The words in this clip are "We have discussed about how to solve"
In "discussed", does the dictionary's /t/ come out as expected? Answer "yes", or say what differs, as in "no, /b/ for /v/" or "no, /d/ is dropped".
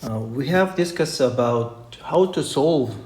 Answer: no, /t/ is dropped